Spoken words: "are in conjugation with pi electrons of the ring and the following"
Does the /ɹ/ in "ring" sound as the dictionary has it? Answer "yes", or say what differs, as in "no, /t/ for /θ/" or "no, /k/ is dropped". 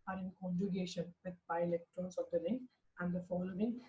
no, /l/ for /ɹ/